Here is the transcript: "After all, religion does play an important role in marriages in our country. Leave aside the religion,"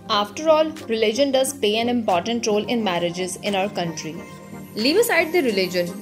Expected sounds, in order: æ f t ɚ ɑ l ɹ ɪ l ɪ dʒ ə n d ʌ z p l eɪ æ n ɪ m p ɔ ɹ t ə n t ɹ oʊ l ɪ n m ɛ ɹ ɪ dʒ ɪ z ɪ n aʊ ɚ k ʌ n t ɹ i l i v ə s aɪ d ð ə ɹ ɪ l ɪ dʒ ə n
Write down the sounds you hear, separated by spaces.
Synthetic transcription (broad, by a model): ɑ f t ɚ ɑ l ɹ ɪ l ɪ dʒ ə n d ʌ z p eɪ æ n ɪ m p ɔ ɹ t ə n t ɹ oʊ l ɪ n m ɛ ɹ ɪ dʒ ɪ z ɪ n aʊ ɚ k ʌ n t ɹ i l i v ə s aɪ d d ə ɹ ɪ l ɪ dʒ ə n